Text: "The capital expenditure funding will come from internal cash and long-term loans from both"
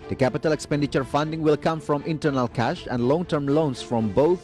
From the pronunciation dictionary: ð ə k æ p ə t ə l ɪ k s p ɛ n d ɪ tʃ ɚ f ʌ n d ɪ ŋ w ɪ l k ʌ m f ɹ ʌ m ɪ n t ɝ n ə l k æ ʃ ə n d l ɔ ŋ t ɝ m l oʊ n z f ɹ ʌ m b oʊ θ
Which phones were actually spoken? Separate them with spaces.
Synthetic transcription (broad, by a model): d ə k æ p ə t ə l ɪ k s p ɛ n d ɪ tʃ ɚ f ʌ n d ɪ ŋ w ɪ l k ʌ m f ɹ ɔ m ɪ n t ɝ n ə l k æ ʃ ə n d l ɔ ŋ t ɝ m l oʊ n s f ɹ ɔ m b oʊ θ